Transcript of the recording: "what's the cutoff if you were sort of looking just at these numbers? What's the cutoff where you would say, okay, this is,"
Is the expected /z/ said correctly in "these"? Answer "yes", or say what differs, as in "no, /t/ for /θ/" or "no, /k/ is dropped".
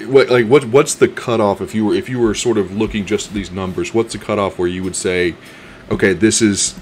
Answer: yes